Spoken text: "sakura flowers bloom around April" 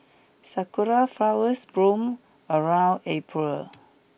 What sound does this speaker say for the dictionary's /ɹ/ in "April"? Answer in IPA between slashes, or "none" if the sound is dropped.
/ɹ/